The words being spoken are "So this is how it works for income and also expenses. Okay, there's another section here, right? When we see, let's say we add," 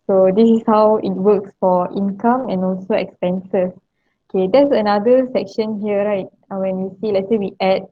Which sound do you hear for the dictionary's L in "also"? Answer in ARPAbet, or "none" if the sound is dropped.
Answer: L